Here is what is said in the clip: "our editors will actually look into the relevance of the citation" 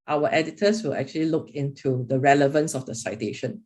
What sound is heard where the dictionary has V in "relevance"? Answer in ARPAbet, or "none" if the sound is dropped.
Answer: V